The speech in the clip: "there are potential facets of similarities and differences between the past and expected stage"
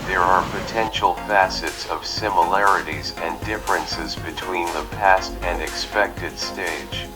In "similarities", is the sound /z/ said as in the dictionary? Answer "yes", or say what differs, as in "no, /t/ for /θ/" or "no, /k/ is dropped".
yes